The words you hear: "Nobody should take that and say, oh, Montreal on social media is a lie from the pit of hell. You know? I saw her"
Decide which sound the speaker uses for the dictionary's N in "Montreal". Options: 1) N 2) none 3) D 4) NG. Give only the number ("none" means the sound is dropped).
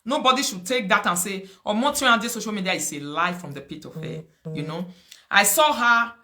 2